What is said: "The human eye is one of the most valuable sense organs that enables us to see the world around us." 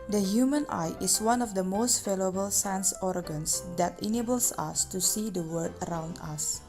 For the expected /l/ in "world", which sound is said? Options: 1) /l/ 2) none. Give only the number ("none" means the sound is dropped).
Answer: 2